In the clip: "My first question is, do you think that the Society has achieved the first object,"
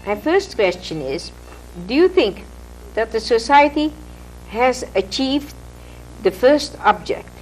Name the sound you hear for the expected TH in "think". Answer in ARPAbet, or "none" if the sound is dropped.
TH